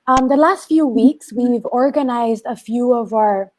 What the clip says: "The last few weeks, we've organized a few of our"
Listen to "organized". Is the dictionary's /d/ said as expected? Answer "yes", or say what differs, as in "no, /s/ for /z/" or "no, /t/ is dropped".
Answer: yes